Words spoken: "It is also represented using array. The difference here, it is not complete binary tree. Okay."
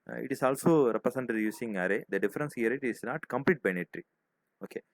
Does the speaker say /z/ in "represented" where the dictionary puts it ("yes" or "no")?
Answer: no